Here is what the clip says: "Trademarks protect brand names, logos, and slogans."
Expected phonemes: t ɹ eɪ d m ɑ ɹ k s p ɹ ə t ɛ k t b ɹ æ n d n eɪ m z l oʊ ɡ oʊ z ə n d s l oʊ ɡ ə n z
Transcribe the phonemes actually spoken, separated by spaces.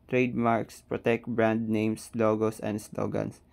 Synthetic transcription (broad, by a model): t ɹ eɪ d m ɑ ɹ k s p ɹ ə t ɛ k t b ɹ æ n d n eɪ m s l oʊ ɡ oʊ s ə n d s l oʊ ɡ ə n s